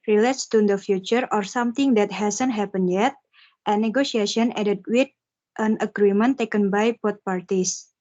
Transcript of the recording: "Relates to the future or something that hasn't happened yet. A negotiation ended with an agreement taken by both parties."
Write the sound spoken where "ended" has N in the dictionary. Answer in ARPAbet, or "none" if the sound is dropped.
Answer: none